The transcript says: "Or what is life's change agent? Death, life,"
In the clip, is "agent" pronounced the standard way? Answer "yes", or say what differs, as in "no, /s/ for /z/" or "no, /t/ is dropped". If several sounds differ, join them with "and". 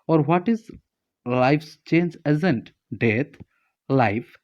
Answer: no, /z/ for /dʒ/